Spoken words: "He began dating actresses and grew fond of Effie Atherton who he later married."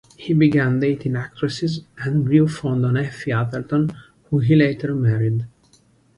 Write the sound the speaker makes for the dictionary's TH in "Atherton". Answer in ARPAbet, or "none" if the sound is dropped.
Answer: T